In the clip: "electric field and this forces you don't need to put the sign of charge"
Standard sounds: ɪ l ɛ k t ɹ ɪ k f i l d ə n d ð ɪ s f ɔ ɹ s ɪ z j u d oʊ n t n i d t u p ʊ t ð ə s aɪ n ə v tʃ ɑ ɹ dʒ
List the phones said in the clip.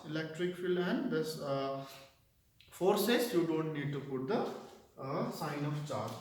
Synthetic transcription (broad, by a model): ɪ l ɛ k t ɹ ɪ k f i l ə n d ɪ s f ɔ ɹ s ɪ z j u d oʊ n t n i d t u p ʊ t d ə s aɪ n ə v tʃ ɑ ɹ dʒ